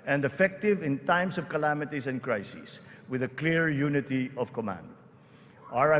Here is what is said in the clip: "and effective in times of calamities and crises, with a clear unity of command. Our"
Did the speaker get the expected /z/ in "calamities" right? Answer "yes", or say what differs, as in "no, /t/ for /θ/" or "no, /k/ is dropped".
no, /s/ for /z/